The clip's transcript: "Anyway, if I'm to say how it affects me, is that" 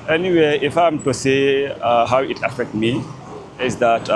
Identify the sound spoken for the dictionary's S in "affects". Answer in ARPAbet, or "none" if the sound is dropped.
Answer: none